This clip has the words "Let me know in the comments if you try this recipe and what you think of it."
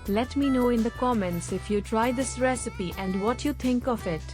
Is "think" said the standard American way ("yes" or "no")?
no